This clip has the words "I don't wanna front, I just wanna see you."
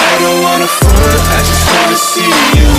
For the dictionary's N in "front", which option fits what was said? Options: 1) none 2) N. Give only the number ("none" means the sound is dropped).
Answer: 1